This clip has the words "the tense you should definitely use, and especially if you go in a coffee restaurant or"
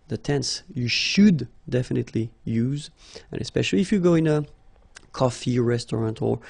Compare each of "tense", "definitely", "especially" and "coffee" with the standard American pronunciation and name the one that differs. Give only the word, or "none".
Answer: none